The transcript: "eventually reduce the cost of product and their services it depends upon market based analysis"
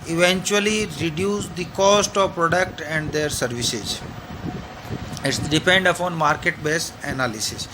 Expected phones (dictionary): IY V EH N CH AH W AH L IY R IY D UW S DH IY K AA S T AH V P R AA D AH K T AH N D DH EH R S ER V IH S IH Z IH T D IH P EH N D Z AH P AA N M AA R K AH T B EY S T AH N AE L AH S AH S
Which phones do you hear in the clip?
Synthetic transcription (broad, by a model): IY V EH N CH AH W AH L IY R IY D UW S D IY K AA S T AH V P R AA D AH K T AH N D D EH R S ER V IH S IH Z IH T D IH P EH N D AH P AA N M AA R K AH T B EY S AH N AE L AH S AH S